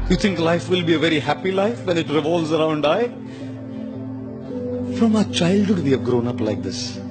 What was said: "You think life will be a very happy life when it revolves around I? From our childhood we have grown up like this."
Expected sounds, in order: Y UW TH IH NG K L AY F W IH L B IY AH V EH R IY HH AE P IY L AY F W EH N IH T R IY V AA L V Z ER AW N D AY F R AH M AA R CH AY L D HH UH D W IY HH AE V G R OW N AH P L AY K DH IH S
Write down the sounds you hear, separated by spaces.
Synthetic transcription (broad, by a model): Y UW T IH NG K L AY F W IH L B IY AH V EH R IY HH AE P IY L AY F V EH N IH T R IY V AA L Z ER AW N D AY F R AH M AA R CH AY L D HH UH D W IY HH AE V G R OW N AH P L AY K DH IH S